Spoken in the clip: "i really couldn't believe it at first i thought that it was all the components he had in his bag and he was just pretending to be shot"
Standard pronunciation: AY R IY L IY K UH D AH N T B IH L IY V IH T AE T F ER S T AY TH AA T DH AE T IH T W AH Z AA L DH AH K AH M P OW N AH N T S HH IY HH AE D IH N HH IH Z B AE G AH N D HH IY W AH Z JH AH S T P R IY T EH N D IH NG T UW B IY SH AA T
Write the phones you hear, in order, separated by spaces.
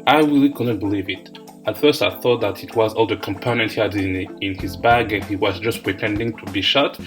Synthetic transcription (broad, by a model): AY R IY L IY K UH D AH N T B IH L IY V IH T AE T F ER S T AY TH AA T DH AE T IH T W AH Z AA L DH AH K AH M P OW N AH N T HH IY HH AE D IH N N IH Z B AE G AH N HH IY W AH Z JH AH S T P R IY T EH N D IH NG T UW B IY SH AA T